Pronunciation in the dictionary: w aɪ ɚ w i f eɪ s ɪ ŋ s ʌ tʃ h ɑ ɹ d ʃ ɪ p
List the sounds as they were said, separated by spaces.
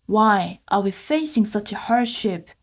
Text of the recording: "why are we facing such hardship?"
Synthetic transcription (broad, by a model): w aɪ ɚ w i f eɪ s ɪ ŋ s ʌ tʃ h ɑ ɹ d ʃ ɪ p